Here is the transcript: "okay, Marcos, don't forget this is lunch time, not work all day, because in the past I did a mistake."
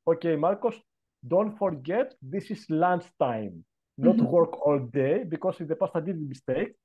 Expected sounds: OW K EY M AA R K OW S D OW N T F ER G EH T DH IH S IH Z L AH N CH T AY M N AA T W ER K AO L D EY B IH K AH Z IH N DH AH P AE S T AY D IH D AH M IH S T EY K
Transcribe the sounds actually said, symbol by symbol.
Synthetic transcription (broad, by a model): OW K EY M AA R K OW S D OW N T F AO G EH T DH IH S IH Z L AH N S T AY M N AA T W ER K AO L D EY B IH K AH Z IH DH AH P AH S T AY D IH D M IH S T EY K